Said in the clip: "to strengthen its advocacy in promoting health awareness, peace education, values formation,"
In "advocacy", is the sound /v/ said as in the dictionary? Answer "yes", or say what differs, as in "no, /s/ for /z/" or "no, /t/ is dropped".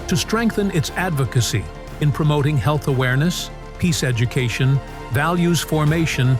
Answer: yes